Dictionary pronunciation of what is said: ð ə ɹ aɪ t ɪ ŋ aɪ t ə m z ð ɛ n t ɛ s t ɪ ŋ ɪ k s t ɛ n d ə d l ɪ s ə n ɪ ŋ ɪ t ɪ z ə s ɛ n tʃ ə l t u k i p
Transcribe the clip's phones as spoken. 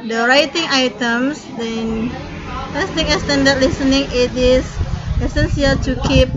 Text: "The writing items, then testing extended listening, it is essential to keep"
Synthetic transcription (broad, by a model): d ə ɹ aɪ t ɪ ŋ aɪ t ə m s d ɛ n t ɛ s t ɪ ŋ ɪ s t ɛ n d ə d l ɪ s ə n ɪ ŋ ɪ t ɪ s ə s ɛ n s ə l t u k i p